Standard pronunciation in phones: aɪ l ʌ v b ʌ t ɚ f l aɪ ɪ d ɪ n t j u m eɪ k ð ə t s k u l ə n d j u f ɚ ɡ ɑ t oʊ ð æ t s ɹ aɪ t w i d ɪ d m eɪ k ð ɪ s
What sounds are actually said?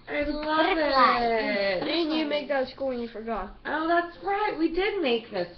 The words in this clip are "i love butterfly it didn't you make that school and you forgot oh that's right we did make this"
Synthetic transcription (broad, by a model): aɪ l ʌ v ɪ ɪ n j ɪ m eɪ k ð ə t s k u l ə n j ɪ f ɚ ɡ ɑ t oʊ ð æ t s ɹ aɪ t w i d ɪ d m eɪ k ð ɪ s